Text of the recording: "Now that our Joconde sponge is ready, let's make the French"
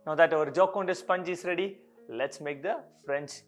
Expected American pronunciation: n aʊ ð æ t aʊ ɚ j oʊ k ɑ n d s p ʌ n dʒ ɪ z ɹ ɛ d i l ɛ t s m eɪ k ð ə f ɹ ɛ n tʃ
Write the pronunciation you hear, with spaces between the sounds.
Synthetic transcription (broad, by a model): n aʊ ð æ t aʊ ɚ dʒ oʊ k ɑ n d s p ʌ n dʒ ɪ s ɹ ɛ d i l ɛ t s m eɪ k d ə f ɹ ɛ n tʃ